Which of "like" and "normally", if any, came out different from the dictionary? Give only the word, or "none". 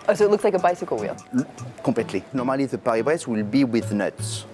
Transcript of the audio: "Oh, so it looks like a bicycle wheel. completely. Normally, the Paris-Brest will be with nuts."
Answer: none